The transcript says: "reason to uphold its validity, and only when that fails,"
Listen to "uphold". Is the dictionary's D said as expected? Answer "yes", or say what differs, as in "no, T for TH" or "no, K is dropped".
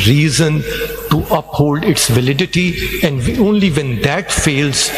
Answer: yes